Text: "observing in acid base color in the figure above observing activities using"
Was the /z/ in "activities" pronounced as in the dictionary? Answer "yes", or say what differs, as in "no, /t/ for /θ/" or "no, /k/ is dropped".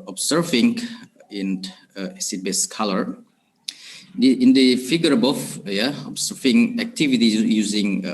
no, /z/ is dropped